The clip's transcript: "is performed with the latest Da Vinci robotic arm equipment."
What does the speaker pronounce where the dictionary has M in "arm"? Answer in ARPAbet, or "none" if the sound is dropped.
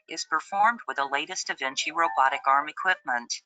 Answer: M